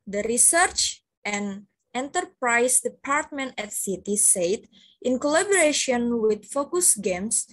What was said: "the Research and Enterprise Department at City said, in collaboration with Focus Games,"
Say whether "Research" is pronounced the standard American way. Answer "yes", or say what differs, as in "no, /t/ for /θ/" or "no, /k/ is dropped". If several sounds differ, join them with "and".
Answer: yes